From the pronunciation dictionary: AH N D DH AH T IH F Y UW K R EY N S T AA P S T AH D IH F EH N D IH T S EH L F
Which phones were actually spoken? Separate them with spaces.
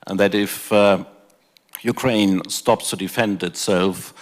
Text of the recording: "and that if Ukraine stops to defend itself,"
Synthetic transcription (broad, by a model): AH N DH AH T IH F Y UW K R EY N S T AA P S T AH D IH F EH N D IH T S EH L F